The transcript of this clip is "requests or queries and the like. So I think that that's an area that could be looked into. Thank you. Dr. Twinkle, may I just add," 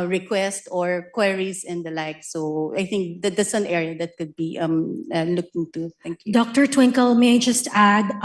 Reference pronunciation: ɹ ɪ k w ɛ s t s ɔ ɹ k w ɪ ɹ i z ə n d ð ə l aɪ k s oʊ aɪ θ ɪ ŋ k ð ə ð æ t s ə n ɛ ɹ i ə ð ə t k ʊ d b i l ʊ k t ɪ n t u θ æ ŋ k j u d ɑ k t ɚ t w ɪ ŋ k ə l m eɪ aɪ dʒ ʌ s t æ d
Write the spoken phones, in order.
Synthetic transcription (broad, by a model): ɹ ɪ k w ɛ s t ɔ ɹ k w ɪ ɹ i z ə n d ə l aɪ k s oʊ aɪ θ ɪ ŋ k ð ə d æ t s ə n ɛ ɹ i ə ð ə t k ʊ d b i l ʊ k t ɪ n t u t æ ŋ k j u d ɑ k t ɚ t w ɪ ŋ k ə l m eɪ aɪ dʒ ʌ s t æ d